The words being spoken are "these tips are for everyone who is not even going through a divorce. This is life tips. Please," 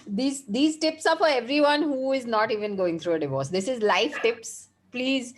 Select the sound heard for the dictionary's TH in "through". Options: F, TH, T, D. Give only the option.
T